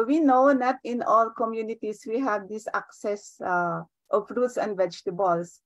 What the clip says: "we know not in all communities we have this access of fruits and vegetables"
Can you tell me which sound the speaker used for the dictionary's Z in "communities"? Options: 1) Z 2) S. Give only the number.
2